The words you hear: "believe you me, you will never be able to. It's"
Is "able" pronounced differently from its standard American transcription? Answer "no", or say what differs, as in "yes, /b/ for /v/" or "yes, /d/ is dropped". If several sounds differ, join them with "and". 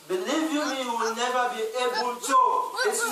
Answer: yes, /n/ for /l/